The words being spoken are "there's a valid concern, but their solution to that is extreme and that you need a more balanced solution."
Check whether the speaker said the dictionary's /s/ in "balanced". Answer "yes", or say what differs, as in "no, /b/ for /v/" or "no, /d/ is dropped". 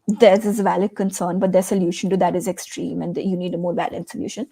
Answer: no, /s/ is dropped